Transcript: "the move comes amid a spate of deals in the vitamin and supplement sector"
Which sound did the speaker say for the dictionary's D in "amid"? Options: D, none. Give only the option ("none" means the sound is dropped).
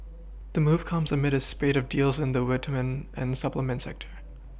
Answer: D